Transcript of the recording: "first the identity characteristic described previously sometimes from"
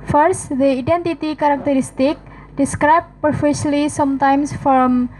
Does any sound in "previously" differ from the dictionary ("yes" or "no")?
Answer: yes